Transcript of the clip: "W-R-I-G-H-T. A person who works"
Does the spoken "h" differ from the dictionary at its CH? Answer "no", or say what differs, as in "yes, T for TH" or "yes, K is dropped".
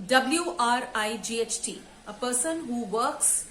no